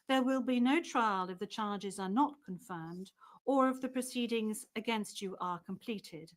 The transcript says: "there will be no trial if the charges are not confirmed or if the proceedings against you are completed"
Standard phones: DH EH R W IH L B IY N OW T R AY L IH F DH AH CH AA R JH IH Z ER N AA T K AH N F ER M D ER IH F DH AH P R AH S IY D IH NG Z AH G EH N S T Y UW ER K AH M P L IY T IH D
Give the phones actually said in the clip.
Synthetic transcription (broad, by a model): DH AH R W IH L B IY N OW T R AY L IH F DH AH CH AA R JH IH Z ER N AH T K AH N F ER M D ER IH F DH AH P R AH S IY D IH NG Z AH G EH N S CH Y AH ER K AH M P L IY T IH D